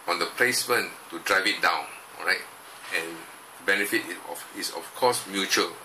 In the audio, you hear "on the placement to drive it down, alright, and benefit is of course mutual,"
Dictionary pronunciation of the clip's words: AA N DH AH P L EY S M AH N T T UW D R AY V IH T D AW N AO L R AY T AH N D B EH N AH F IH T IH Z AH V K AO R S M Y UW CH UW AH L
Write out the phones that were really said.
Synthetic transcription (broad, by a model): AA N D AH P L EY S M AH N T T UW D R AY V IH T D AW N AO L R AY T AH N B EH N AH F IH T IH S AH F K AO S M Y UW CH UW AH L